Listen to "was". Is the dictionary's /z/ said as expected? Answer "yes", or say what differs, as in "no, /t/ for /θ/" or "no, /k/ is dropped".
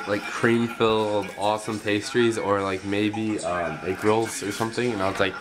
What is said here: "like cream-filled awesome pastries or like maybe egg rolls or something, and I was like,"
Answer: no, /s/ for /z/